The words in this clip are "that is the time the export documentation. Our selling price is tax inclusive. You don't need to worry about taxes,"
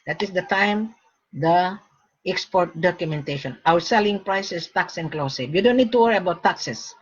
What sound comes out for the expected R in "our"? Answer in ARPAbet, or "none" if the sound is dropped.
W